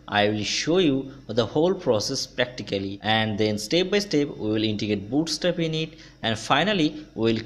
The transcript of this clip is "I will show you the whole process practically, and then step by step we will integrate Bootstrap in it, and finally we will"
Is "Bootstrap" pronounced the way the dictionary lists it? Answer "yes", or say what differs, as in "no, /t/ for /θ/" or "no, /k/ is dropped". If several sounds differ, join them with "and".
no, /ɹ/ is dropped